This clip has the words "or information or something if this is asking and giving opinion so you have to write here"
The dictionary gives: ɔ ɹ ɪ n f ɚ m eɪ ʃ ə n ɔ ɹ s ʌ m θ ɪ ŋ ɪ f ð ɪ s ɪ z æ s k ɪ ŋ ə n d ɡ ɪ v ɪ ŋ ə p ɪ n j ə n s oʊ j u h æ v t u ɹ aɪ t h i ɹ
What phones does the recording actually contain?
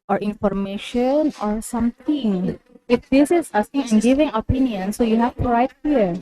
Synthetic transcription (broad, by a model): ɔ ɹ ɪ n f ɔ m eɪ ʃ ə n ɔ ɹ s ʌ m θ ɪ ŋ ɪ f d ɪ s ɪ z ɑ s ɪ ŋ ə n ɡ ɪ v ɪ ŋ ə p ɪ n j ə n s oʊ j u h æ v t u ɹ aɪ t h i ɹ